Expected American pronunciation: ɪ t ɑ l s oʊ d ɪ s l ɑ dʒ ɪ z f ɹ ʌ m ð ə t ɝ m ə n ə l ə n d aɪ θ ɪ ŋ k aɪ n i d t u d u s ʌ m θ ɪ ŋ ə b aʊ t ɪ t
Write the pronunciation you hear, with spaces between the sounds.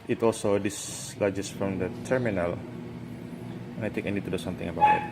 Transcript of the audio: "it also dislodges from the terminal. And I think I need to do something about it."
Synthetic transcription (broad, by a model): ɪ t ɑ l s oʊ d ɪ s l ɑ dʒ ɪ s f ɹ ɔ m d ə t ɝ m ə n ə l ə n aɪ t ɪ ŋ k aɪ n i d t u d u s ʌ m t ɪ ŋ ə b aʊ t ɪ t